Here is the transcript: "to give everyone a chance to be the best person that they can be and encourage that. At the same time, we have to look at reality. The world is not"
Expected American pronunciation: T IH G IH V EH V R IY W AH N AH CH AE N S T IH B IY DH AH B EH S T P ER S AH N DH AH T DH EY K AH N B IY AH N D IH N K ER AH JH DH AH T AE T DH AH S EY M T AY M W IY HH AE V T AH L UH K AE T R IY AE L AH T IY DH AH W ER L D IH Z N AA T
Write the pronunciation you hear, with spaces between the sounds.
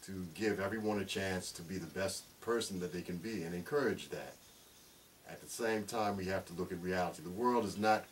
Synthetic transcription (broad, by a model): T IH G IH V EH V R IY W AH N AH CH AE N S T IH B IY DH AH B EH S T P ER S N DH AH T DH EY K AH N B IY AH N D IH N K ER AH JH DH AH T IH T DH AH S EY M T AY M W IY HH AE F T AH L UH K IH T R IY AE L AH T IY DH AH W ER L D IH Z N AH T